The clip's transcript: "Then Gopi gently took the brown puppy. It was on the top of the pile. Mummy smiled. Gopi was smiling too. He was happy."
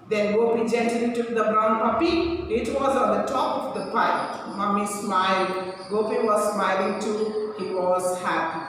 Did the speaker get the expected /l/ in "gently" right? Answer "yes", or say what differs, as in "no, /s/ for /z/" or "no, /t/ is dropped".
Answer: no, /l/ is dropped